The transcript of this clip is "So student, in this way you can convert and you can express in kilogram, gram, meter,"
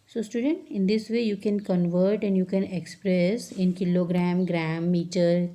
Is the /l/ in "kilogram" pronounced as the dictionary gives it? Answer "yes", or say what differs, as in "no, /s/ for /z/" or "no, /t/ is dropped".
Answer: yes